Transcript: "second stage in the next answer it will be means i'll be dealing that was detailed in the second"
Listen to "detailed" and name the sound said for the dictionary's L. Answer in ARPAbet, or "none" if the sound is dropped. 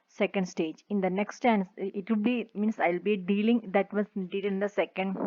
none